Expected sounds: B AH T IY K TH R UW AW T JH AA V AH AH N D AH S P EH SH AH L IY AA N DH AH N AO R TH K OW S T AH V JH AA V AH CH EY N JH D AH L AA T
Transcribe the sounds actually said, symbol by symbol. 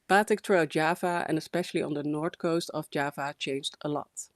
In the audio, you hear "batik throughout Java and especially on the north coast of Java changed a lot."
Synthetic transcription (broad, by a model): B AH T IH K T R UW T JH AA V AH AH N AH S P EH SH AH L IY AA N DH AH N AO R T K OW S T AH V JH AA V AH CH EY N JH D AH L AA T